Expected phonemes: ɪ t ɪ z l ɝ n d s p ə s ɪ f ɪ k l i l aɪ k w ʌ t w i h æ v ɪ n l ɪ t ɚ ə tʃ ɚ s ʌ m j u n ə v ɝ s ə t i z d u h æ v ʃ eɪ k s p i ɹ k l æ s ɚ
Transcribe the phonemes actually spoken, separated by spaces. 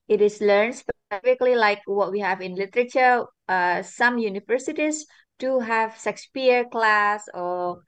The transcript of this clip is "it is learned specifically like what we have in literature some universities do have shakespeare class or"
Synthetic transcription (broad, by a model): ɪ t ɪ s l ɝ n s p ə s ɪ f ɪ k l i l aɪ k w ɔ t w i h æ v ɪ n l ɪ t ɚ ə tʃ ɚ s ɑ m j u n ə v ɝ s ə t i s d u h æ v s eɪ k s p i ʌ k l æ s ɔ